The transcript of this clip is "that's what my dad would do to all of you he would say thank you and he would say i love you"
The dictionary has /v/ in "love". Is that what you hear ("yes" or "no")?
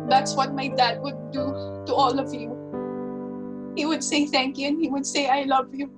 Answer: yes